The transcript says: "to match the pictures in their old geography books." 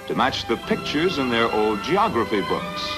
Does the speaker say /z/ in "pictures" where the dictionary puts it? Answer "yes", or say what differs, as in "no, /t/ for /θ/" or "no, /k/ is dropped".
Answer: yes